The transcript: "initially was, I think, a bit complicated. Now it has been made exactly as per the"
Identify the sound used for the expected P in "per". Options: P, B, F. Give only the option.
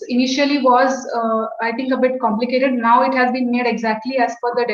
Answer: F